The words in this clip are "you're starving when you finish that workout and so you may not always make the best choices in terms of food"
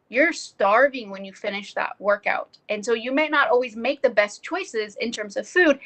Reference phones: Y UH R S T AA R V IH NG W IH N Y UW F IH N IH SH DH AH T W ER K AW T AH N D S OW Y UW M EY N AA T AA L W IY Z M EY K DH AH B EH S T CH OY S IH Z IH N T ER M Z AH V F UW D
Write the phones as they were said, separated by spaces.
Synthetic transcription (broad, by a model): Y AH R S T AA R V IH NG W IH N Y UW F IH N IH SH DH AH T W ER K AW T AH N S OW Y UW M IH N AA T AA L W IY Z M EY K DH AH B EH S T CH OY S IH Z IH N T ER M Z AH V F UW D